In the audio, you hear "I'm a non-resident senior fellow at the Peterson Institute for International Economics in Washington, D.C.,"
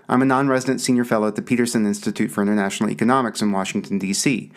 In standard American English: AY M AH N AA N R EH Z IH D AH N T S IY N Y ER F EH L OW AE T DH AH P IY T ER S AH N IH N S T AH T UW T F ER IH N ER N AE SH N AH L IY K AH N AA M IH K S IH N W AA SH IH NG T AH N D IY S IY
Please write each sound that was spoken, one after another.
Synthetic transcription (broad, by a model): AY M AH N AA N R EH Z IH D AH N T S IY N Y ER F EH L OW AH T DH AH P IY T ER S AH N IH N S T AH T UW T F ER IH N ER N AE SH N L IY K AH N AA M IH K S IH N W AA SH IH NG T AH N D IY S IY